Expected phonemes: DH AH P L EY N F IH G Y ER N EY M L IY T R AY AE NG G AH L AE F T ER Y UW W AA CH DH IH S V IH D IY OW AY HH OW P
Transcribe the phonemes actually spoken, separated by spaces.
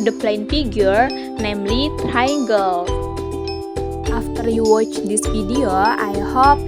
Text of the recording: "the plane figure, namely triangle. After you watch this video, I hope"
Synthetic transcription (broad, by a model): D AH P L EY N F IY G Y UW N EY M L IY T R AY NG G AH L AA F T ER Y UW W AA CH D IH S F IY D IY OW AY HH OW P